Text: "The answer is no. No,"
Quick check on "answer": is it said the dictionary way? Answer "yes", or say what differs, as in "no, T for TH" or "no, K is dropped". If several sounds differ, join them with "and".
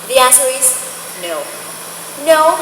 no, N is dropped